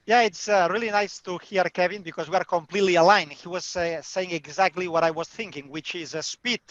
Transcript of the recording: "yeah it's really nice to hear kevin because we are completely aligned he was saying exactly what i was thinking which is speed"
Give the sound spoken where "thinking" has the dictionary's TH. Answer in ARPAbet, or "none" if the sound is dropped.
TH